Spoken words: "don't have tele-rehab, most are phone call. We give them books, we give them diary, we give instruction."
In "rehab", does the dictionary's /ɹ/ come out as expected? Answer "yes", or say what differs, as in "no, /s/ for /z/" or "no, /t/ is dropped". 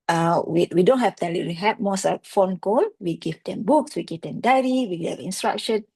no, /w/ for /ɹ/